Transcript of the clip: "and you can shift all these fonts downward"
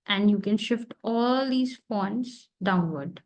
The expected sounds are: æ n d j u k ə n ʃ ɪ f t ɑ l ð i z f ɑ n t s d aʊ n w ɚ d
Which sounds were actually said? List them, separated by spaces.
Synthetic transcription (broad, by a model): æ n d j u k ə n ʃ ɪ f t ɑ l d i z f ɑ n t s d aʊ n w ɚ d